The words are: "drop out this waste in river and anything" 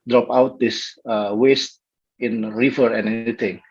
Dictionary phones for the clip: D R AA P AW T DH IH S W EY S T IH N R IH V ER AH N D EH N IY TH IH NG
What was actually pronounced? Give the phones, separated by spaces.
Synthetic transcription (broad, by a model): D R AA P AW T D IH S W EY S T IH N R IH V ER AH N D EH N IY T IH NG